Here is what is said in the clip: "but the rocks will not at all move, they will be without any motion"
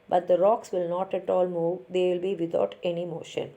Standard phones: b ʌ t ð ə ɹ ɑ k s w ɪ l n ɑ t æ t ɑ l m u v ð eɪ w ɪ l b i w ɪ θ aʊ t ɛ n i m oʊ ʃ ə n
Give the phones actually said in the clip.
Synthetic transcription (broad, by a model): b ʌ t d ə ɹ ɑ k s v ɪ l n ɑ t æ t ɑ l m u v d eɪ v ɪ l b i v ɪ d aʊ t ɛ n i m oʊ ʃ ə n